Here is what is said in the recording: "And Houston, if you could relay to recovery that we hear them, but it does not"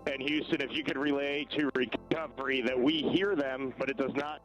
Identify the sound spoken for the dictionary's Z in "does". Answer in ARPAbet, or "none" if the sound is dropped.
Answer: Z